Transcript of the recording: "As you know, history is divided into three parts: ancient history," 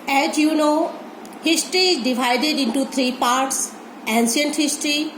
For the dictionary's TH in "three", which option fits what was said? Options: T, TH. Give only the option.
T